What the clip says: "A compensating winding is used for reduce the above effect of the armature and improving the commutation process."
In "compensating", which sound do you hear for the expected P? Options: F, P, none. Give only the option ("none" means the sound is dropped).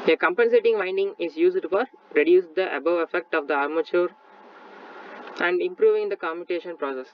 P